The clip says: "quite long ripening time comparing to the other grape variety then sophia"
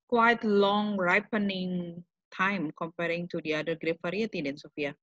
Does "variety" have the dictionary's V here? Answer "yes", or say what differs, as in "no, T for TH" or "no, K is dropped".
no, F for V